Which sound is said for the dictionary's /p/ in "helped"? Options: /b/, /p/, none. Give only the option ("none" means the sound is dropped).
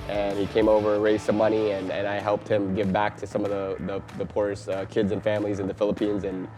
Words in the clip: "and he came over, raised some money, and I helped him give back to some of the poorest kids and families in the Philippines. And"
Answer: /p/